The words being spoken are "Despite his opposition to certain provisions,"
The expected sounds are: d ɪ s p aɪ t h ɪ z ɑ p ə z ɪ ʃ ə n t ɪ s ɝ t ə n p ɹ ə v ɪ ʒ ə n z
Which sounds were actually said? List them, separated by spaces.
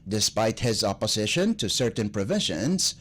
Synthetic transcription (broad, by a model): d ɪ s p aɪ t h ɪ z ɑ p ə z ɪ ʃ ə n t ɪ s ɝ t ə n p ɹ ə v ɪ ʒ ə n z